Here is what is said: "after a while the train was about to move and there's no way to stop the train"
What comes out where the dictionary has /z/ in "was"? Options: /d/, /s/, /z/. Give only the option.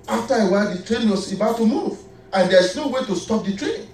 /s/